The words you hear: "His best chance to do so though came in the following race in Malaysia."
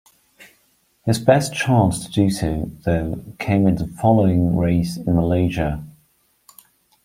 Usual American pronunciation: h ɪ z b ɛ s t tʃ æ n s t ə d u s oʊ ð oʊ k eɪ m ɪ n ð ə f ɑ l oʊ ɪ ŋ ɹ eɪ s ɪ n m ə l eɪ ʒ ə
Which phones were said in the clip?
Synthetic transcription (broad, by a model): h ɪ z b ɛ s tʃ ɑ n s t ə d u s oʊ ð oʊ k eɪ m ɪ n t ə f ɑ l oʊ ɪ ŋ ɹ eɪ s ɪ n m ə l eɪ ʒ ə